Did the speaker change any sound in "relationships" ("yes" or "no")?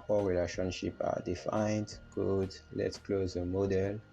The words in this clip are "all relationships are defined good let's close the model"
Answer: yes